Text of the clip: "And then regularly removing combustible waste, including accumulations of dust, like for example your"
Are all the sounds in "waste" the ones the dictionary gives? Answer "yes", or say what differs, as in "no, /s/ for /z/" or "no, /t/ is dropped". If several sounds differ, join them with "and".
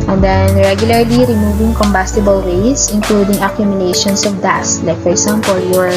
no, /t/ is dropped